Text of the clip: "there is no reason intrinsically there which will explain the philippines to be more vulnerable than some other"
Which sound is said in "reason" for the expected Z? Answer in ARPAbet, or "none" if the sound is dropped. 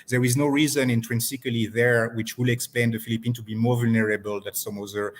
Z